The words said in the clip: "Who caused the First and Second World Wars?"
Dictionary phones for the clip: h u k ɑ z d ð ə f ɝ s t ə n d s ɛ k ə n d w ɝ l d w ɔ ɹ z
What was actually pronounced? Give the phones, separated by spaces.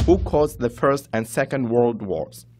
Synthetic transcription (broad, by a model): h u k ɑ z ð ə f ɝ s t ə n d s ɛ k ə n d w ɝ l d w ɔ ɹ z